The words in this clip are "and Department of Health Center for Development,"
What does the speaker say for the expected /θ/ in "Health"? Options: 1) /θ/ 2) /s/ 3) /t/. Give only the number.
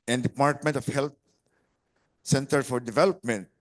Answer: 3